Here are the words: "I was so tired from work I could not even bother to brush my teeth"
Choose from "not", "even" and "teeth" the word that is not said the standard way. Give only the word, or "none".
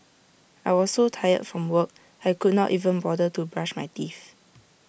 teeth